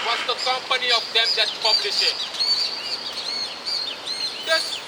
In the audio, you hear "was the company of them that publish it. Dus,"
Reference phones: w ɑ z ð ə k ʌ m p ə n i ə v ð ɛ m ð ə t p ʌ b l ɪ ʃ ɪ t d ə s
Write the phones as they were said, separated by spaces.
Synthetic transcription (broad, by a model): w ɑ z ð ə k ʌ m p ə n i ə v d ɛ m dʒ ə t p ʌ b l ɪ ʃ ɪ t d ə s